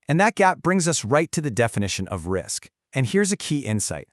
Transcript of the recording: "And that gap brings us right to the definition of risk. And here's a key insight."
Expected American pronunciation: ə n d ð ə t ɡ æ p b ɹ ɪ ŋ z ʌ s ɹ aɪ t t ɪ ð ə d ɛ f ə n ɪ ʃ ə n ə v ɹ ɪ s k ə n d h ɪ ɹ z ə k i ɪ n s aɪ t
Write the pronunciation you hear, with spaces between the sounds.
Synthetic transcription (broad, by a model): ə n ð ə t ɡ æ p b ɹ ɪ ŋ z ʌ s ɹ aɪ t t ɪ ð ə d ɛ f ə n ɪ ʃ ə n ə v ɹ ɪ s k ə n h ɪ ɹ z ə k i ɪ n s aɪ t